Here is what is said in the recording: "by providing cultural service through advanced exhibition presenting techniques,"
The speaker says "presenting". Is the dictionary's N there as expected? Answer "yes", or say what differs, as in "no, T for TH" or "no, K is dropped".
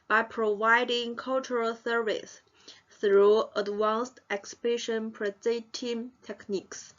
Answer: no, N is dropped